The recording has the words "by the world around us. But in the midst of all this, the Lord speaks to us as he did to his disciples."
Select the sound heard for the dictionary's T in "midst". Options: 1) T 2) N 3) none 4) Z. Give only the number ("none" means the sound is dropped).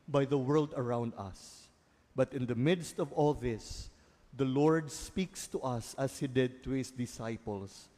1